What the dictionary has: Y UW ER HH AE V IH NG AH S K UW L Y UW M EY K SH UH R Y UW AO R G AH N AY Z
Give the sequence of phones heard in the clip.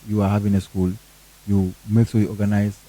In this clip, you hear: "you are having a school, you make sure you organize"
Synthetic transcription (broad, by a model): Y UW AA HH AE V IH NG AH S K UW L Y UW M EY K S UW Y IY AO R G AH N AY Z